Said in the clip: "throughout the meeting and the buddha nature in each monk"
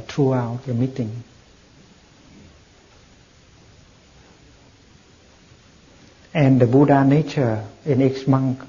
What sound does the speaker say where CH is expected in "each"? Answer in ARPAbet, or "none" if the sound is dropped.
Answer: S